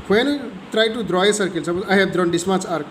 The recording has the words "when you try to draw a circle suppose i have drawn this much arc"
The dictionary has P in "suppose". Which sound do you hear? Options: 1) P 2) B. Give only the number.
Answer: 2